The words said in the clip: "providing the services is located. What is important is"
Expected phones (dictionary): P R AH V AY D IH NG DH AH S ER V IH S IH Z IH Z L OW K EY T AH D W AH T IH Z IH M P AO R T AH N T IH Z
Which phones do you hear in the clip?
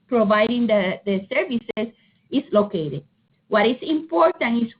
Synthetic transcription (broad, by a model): P R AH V AY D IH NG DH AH S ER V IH S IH S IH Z L OW K EY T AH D W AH T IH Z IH M P AO R T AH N IH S